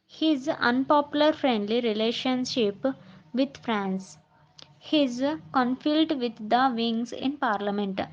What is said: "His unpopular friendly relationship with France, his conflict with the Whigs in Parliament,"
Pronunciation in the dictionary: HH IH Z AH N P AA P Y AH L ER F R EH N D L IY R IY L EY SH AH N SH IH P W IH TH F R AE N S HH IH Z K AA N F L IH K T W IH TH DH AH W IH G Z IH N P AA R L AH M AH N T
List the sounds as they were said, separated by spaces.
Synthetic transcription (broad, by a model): HH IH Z AH N P AA P Y AH L ER F R EH N D L IY R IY L EY SH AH N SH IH P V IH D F R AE N S HH IH Z K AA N F IH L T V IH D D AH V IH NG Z IH N P AA R L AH M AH N T